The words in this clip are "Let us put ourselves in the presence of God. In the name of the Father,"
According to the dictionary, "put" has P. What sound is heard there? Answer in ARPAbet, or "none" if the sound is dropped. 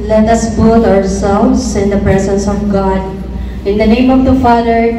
B